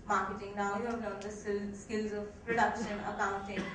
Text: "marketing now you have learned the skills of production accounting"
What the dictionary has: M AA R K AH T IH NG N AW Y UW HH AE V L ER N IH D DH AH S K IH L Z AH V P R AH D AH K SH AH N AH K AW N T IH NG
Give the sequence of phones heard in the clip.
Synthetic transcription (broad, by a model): M AA R K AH T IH NG N AW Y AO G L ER IH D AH S K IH L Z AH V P R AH D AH K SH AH N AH K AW N T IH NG